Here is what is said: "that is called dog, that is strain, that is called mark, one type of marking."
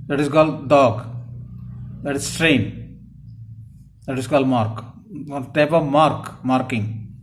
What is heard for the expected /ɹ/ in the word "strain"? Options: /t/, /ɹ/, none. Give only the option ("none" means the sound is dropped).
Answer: /ɹ/